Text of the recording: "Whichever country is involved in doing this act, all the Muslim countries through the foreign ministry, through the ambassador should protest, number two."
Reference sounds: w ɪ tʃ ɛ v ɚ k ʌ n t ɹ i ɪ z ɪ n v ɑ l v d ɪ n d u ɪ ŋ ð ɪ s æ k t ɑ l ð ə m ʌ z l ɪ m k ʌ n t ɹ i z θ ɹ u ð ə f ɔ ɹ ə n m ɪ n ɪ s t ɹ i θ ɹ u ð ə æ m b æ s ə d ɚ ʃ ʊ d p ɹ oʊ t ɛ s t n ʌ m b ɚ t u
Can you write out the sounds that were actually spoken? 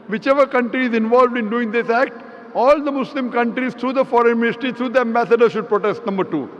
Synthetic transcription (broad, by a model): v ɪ tʃ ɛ v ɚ k ʌ n t ɹ i ɪ z ɪ n v ɑ l v d ɪ n d u ɪ ŋ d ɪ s æ k t ɑ l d ə m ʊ s l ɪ m k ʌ n t ɹ i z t ɹ u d ə f ɔ ɹ ə n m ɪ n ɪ s t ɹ i t ɹ u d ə æ m b æ s ə d ɚ ʃ ʊ d p ɹ oʊ t ɛ s t n ʌ m b ɚ t u